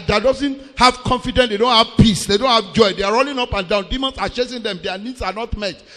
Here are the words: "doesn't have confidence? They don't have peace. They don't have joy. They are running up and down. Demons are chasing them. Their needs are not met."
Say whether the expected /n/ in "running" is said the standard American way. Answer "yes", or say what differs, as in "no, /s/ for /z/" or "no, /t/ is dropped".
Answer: no, /l/ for /n/